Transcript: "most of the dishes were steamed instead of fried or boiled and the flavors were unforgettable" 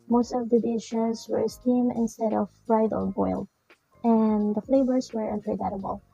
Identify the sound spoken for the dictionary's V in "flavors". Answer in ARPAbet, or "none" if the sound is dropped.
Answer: B